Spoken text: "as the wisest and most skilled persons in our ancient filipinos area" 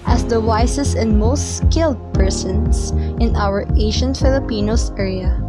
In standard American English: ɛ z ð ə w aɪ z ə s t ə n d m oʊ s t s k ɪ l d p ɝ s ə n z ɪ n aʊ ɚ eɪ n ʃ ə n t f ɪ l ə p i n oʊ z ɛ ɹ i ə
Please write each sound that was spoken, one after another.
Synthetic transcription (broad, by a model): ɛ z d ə w aɪ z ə s t ə n d m oʊ s t s k ɪ l d p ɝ s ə n s ɪ n aʊ ɚ eɪ ʃ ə n t f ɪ l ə p i n oʊ s ɛ ɹ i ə